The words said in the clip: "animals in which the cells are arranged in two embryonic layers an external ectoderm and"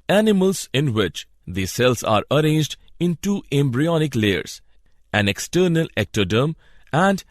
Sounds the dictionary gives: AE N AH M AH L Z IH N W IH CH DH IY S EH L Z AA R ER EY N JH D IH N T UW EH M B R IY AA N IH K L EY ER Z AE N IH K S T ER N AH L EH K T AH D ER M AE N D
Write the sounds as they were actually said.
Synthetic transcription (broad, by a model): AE N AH M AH L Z IH N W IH CH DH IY S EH L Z AA R ER EY N JH D IH N T UW EH M B R IY AA N IH K L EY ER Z AE N IH K S T ER N AH L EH K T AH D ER M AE N D